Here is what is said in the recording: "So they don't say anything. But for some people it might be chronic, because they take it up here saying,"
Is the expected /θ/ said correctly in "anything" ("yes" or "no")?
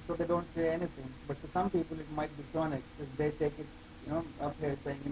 no